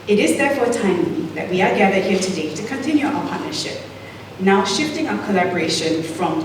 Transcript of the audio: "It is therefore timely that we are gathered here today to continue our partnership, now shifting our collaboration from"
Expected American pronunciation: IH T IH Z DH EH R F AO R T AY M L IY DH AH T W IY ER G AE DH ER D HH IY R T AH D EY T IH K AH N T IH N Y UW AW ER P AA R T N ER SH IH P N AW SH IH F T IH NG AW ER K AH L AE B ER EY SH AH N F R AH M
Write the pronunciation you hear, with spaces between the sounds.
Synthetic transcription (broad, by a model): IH T IH Z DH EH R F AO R T AY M IY DH AH T W IY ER G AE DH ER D HH IY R T AH D EY T IH K AH N T IH N Y UW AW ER P AA R T N ER SH IH P N AW SH IH F T IH NG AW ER K AH L AE B ER EY SH AH N F R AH M